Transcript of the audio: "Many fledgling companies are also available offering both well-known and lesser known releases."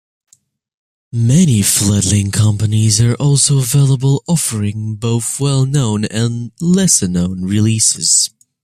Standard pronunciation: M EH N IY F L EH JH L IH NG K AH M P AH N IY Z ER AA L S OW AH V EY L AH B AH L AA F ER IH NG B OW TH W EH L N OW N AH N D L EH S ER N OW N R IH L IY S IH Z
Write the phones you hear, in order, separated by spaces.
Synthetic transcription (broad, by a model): M EH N IY F L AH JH L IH NG K AH M P AH N IY Z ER AA L S OW AH V EY L AH B AH L AA F ER IH NG B OW TH W EH L N OW N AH N L EH S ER N OW N R IH L IY S IH Z